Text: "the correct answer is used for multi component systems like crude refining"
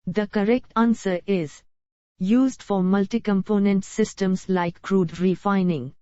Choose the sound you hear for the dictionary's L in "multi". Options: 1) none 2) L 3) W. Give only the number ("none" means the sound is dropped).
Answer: 2